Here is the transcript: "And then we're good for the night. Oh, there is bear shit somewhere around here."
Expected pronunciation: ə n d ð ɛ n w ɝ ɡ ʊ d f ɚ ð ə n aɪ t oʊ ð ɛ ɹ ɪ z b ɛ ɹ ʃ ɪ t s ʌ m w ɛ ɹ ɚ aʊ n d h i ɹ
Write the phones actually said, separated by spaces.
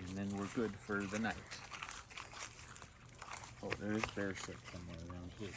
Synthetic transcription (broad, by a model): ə n ð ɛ n w ɝ ɡ ʊ d f ɚ ð ə n aɪ t oʊ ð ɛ ɹ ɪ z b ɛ ɹ s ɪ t s ʌ m w ɛ ɹ ɚ aʊ n d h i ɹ